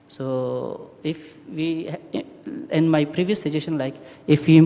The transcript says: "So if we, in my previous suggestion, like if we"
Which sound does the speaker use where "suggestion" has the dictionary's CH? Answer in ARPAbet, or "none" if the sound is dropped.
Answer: SH